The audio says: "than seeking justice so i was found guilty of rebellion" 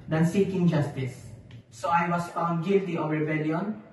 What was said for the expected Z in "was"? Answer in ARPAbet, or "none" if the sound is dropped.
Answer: S